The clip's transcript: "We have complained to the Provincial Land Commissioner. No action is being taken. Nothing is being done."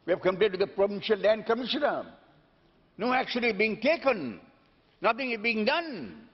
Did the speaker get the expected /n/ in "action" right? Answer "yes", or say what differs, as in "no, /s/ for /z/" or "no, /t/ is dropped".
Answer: no, /l/ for /n/